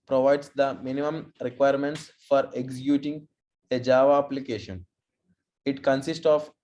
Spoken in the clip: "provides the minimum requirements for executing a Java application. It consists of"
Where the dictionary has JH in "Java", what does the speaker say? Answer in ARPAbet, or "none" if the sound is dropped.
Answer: JH